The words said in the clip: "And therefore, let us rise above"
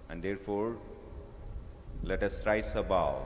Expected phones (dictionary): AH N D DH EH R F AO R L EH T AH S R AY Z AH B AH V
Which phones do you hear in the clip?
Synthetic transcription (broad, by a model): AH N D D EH R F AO R L EH T AH S R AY S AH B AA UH